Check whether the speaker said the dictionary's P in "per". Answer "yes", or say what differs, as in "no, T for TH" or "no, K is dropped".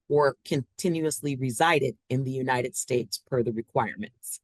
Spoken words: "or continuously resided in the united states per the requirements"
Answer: no, F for P